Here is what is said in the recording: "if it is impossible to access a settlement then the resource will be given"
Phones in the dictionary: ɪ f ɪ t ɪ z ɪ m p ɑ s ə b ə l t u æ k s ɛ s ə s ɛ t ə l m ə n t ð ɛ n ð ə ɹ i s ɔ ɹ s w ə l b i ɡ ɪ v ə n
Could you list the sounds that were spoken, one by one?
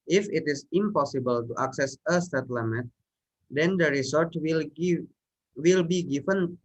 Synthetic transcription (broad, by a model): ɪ f ɪ t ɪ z ɪ m p ɑ s ə b ə l t u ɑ k s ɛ s ə s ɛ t l m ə t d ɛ n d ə ɹ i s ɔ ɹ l w ə l b i ɡ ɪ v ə n